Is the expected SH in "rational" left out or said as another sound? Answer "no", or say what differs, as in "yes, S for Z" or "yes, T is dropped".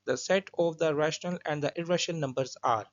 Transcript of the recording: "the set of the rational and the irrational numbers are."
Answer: no